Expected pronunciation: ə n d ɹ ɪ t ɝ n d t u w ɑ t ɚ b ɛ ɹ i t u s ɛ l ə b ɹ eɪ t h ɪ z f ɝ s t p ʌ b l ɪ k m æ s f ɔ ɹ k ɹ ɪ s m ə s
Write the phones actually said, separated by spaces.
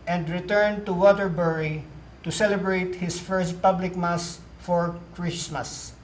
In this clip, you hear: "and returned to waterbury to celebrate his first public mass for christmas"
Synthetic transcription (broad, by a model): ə n d ɹ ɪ t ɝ n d t u w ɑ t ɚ b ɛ ɹ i t u s ɛ l ə b ɹ eɪ t h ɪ s f ɝ s t p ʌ b l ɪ k m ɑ s f ɔ ɹ k ɹ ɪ s m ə s